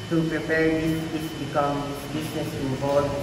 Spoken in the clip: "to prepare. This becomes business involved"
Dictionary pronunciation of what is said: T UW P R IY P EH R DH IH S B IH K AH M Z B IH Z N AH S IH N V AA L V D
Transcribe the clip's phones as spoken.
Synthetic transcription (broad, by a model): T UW P R IY P EH R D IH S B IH K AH M B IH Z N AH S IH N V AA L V